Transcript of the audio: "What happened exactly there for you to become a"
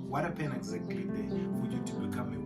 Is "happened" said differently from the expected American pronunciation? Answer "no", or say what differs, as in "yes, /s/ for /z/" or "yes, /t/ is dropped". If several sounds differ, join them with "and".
yes, /d/ is dropped